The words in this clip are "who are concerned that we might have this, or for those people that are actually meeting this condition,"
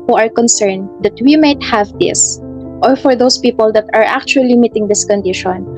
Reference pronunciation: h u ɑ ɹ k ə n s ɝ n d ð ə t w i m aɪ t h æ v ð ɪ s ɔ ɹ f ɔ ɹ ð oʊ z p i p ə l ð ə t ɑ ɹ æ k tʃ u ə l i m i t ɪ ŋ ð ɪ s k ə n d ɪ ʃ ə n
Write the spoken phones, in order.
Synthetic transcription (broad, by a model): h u ɑ ɹ k ə n s ɝ n d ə t w i m aɪ t h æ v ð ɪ s ɔ ɹ f ɔ ɹ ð oʊ s p i p ə l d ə t ɑ ɹ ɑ k tʃ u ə l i m i t ɪ ŋ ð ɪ s k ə n d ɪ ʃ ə n